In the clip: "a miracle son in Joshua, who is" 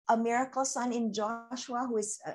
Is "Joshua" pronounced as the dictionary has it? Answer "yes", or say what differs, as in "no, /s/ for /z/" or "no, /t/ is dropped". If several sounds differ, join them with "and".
yes